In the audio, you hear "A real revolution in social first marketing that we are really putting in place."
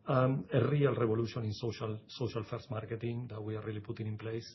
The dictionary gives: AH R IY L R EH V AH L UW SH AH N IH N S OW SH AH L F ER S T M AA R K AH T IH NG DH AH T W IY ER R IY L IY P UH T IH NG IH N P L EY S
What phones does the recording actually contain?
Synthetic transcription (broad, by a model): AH R IY L R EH B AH L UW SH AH N IH N S OW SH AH L F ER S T M AA R K AH T IH NG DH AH T W IY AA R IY L IY P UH T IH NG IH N P L EY S